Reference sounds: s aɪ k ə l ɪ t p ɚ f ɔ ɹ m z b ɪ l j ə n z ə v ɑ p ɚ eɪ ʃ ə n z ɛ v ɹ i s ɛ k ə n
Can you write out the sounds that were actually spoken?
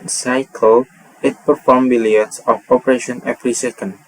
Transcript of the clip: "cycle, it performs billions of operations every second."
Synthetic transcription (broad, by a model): s aɪ k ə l ɪ t p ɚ f ɔ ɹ m b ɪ l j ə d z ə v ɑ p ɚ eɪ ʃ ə n ɛ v ɹ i s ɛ k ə n